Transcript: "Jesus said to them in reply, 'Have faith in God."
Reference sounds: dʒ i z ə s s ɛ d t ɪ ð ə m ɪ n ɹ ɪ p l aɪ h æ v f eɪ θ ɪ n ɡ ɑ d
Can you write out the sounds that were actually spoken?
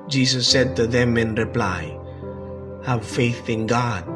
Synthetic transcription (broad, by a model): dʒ i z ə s s ɛ d t ɪ ð ə m ɪ n ɹ ɪ p l aɪ h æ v f eɪ θ ɪ n ɡ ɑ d